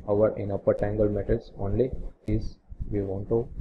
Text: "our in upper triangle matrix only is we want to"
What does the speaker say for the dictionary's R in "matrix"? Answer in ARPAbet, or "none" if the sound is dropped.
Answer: none